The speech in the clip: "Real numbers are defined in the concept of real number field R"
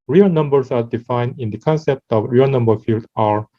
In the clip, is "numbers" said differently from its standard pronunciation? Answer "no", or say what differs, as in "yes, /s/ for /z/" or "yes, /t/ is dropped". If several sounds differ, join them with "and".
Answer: yes, /s/ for /z/